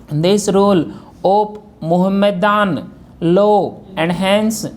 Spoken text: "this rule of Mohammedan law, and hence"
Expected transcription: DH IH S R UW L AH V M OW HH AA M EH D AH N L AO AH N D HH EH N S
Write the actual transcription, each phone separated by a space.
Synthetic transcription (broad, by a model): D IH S R UW L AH P M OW HH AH M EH D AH N L AO AH N D HH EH N S